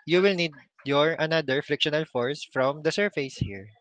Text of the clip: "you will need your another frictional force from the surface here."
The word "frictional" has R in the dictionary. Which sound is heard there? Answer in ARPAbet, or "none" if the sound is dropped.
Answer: R